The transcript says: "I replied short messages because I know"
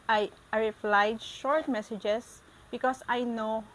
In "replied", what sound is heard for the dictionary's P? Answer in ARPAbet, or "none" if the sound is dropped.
F